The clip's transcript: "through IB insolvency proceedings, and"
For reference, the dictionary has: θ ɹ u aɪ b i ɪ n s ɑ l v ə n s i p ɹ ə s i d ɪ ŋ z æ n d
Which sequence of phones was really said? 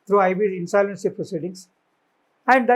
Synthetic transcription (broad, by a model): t ɹ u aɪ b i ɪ n s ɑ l ə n s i p ɹ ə s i d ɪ ŋ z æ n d